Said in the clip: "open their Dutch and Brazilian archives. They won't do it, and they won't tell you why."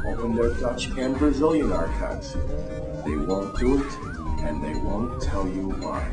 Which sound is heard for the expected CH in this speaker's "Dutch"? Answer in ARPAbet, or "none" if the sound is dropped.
CH